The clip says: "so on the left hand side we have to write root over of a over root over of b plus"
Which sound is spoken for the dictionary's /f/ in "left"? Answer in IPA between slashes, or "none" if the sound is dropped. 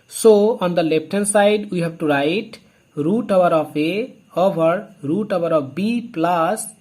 /p/